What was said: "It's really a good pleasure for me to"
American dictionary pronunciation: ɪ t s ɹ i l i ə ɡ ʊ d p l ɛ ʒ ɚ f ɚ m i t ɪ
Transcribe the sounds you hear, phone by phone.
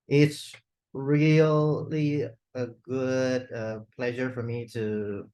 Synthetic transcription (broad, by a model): ɪ t s ɹ i l i ə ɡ ʊ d p l ɛ ʒ ɚ f ɚ m i t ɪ